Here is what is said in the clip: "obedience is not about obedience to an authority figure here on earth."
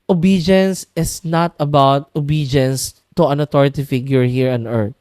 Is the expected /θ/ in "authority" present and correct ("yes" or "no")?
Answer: no